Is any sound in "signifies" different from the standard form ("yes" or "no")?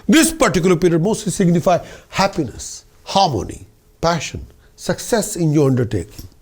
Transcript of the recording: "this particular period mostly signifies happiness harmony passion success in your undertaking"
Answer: yes